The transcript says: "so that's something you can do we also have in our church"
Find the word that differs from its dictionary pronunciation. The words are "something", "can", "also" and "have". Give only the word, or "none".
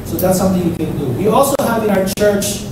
something